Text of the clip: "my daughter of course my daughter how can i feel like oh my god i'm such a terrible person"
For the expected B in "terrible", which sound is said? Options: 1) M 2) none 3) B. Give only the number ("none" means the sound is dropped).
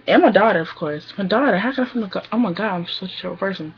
2